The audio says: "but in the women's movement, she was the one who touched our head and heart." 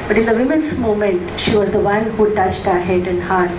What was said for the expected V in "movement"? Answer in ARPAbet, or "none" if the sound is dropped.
none